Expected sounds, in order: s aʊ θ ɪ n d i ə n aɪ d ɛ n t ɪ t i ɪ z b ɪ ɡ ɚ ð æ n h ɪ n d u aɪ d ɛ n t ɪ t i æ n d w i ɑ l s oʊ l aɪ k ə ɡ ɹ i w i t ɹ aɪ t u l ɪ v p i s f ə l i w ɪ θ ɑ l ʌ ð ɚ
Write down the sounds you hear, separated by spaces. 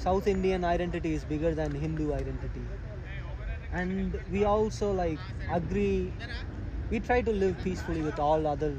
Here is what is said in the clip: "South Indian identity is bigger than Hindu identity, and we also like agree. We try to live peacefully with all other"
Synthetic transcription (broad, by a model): s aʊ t ɪ n d i ə n aɪ d ɛ n t ɪ t i ɪ z b ɪ ɡ ɚ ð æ n h ɪ n d u aɪ d ɛ n t ɪ t i æ n d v i ɑ l s oʊ l aɪ k ə ɡ ɹ i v i t ɹ aɪ t u l ɪ v p i s f ə l i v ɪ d ɑ l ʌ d ɚ